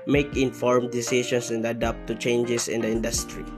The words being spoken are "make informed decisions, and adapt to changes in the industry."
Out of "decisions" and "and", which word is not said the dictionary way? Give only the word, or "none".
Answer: decisions